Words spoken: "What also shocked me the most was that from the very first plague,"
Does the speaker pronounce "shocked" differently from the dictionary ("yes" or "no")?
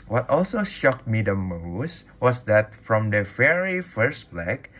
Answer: no